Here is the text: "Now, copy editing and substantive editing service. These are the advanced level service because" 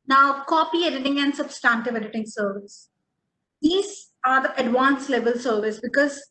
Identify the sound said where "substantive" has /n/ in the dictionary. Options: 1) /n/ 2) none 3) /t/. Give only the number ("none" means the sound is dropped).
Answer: 1